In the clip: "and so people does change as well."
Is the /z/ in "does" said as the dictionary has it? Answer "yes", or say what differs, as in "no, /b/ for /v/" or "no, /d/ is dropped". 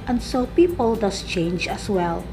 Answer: no, /s/ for /z/